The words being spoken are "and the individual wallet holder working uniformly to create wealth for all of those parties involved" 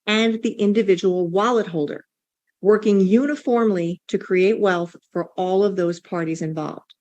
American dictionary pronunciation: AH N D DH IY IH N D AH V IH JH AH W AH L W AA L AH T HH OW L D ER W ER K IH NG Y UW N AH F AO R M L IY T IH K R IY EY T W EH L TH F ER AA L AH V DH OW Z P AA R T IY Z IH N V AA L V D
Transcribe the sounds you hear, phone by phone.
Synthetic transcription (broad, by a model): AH N DH IY IH N D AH V IH JH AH W L W AA L AH T HH OW L D ER W ER K IH NG Y UW N AH F AO R M L IY T IH K R IY EY T W EH L TH F ER AA L AH V DH OW Z P AA R T IY Z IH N V AA L V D